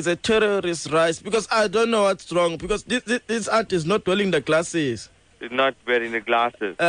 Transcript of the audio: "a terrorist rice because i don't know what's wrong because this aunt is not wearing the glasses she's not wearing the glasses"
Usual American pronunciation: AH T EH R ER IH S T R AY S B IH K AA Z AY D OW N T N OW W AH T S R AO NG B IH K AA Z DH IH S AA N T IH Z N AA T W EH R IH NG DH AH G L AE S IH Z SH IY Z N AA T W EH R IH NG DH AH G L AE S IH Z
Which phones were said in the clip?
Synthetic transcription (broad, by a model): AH T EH R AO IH S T R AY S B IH K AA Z AY D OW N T N OW W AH T S R AO NG B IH K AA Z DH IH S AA T IH Z N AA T W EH L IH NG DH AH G L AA S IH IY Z N AA T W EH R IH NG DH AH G L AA S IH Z